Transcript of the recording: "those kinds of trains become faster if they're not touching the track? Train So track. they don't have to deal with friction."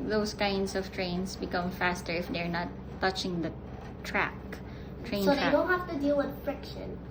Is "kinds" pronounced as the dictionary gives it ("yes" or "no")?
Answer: no